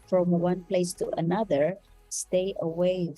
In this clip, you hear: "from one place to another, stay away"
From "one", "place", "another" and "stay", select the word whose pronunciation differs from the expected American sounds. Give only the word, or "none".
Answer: none